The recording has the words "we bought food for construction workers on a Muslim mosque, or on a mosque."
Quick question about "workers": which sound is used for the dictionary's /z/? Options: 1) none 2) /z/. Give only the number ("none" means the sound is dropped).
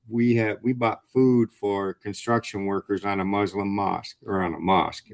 2